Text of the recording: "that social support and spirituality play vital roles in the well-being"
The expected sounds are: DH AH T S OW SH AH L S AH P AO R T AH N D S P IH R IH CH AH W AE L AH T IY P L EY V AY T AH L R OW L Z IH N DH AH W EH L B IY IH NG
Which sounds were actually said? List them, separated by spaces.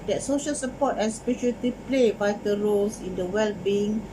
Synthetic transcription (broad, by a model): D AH T S OW SH AH L S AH P AO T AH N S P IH SH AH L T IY P L EY B AY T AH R OW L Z IH N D AH W EH L B IY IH NG